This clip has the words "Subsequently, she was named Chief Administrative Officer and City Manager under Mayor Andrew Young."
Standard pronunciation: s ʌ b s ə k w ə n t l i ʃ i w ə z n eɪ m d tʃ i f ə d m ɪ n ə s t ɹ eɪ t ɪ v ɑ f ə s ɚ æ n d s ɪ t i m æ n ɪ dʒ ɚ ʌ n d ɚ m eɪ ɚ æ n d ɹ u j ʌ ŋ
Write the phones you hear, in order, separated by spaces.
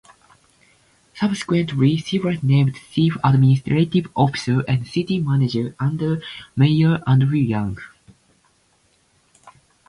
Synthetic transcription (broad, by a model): s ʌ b s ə k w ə n t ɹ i s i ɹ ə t n eɪ m d s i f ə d m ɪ n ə s t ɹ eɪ t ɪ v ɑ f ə s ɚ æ n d s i t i m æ n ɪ dʒ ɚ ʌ n d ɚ m eɪ ɚ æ n d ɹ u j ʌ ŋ